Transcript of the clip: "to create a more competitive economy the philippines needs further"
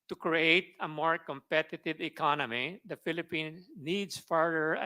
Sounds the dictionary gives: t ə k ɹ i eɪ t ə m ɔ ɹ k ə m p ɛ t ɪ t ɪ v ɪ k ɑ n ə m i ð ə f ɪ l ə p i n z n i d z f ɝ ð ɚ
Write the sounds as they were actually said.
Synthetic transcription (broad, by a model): t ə k ɹ i eɪ t ə m ɔ ɹ k ə m p ɛ t ɪ t ɪ v ɪ k ɑ n ə m i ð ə f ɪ l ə p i n n i d s f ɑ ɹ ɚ